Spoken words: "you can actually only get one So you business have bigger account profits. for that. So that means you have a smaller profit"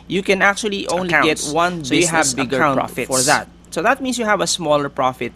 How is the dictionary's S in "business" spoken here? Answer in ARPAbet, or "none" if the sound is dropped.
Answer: none